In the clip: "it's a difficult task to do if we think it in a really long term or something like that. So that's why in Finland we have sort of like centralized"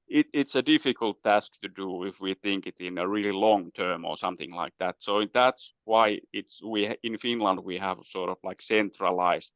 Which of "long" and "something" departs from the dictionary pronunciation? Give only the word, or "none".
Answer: none